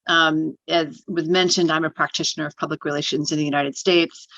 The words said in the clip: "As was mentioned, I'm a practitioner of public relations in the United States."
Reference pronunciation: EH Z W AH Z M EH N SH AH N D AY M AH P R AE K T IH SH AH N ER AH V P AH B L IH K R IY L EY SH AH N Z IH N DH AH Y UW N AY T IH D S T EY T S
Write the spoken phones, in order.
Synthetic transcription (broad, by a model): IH Z W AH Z M EH N SH AH N D AY M AH P R AE K T IH SH AH N ER AH V P AH B L IH K R IY L EY SH AH N Z IH N DH AH Y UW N AY T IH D S T EY T S